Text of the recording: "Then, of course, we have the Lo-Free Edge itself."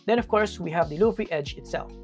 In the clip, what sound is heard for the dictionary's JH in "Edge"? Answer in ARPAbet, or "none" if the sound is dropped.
JH